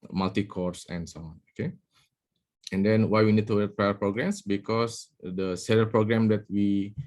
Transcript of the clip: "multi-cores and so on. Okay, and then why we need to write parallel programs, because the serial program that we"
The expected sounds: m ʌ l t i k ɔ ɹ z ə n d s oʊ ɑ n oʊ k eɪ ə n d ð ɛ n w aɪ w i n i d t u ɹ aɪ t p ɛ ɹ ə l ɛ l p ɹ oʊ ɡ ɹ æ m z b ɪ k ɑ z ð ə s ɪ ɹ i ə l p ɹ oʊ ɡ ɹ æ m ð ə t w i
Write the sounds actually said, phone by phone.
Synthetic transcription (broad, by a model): m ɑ l t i k ɔ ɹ s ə n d s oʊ ɑ n oʊ k eɪ ə n d ɛ n w aɪ w i n i d t u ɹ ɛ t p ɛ ə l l p ɹ oʊ ɡ ɹ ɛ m s b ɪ k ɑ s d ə s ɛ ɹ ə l p ɹ oʊ ɡ ɹ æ m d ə t w i